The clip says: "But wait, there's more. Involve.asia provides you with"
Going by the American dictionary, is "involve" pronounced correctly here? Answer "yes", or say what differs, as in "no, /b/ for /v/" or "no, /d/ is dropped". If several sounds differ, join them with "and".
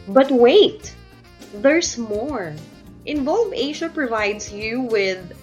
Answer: yes